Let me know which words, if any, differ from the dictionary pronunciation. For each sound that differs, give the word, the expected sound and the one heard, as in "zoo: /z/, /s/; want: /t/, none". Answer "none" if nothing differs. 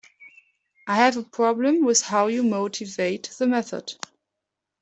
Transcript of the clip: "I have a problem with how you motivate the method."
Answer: none